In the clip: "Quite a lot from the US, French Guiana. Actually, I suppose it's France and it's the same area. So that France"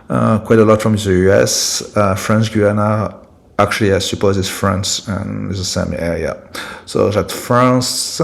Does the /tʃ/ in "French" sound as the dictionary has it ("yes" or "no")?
no